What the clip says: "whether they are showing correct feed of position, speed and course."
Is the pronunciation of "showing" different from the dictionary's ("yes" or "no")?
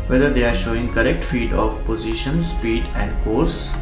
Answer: no